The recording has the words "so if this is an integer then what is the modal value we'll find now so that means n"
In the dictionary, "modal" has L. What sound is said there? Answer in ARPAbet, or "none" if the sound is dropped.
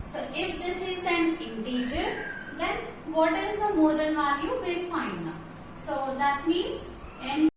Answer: N